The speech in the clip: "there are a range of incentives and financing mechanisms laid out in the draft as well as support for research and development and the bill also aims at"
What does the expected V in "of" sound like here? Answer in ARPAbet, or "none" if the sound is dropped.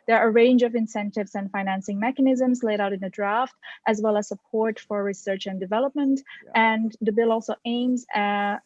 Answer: V